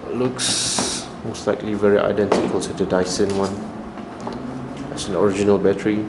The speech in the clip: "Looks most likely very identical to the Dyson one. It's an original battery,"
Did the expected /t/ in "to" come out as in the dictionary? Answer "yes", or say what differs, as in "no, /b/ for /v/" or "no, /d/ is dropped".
no, /s/ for /t/